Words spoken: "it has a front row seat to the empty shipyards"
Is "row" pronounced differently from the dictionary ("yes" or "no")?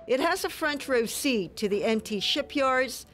no